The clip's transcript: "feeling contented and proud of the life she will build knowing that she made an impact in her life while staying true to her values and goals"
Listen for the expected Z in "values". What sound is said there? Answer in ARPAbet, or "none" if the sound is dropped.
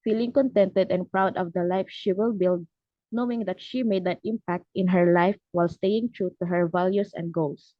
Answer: S